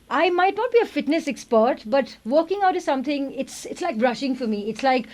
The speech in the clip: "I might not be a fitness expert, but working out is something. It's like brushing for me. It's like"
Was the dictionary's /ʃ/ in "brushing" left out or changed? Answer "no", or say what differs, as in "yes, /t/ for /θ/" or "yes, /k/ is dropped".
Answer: no